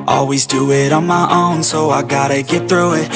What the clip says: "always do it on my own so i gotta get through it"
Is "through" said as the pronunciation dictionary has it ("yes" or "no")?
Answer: yes